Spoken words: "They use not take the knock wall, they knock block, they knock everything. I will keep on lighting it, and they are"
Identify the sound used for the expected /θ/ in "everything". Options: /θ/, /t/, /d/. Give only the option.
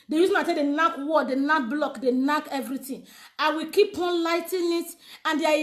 /t/